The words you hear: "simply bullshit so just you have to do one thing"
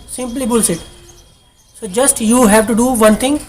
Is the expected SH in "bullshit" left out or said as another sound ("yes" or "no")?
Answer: yes